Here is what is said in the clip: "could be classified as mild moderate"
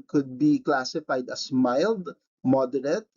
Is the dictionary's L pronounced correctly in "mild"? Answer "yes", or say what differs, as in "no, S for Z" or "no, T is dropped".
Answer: yes